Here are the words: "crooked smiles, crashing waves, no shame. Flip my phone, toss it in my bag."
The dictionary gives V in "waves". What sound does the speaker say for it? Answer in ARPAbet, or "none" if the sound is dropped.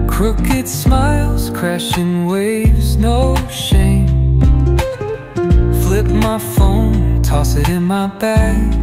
V